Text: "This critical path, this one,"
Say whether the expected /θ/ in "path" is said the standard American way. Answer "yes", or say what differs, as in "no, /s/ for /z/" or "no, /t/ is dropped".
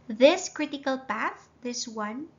yes